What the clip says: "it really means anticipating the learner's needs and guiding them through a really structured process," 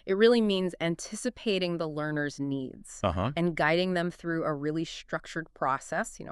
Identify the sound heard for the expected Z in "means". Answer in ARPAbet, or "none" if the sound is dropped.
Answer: Z